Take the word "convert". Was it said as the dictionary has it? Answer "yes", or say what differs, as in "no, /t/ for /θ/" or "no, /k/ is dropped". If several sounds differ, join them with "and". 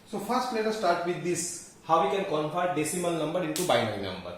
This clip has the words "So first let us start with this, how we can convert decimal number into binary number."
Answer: no, /f/ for /v/